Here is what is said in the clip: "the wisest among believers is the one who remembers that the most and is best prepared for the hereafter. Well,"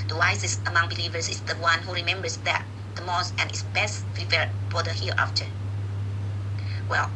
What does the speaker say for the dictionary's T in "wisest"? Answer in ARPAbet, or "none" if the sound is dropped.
none